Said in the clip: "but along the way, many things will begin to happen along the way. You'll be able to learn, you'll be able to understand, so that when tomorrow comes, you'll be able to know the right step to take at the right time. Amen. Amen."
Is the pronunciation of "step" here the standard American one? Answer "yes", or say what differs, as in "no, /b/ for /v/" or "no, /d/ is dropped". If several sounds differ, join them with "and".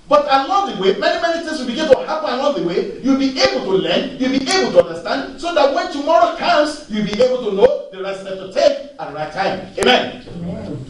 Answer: no, /f/ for /p/